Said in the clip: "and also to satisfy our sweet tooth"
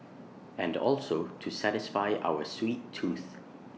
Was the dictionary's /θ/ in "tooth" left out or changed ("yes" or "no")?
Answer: no